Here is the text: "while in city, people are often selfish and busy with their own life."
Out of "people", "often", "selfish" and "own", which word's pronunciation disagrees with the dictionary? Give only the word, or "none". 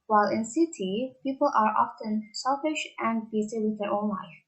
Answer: none